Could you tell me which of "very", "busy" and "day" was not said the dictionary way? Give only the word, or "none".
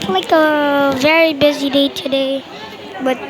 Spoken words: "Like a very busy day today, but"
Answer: none